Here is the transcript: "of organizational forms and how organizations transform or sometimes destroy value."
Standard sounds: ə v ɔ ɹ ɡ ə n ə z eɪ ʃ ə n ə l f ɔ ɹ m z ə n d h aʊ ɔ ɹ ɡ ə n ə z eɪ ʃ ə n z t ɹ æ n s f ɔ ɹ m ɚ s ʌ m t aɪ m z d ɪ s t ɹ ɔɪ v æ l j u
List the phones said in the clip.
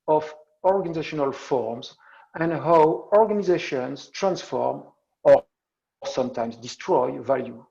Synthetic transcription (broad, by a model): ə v ɔ ɹ ɡ ə n ə z eɪ ʃ ə n ə l f ɔ ɹ m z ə n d h aʊ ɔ ɹ ɡ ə n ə z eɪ ʃ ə n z t ɹ æ n s f ɔ ɹ m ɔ s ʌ m t aɪ m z d ɪ s t ɹ ɔɪ v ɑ l j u